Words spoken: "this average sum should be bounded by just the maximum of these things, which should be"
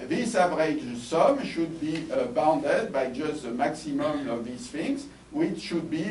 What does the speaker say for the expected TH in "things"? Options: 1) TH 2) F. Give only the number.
2